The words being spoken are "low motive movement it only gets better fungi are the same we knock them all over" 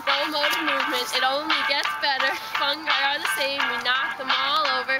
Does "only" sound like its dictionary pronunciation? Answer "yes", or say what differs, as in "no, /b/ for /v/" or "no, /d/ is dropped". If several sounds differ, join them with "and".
yes